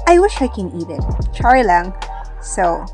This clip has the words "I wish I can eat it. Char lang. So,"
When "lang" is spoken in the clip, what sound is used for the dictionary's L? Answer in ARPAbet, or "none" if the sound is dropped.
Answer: L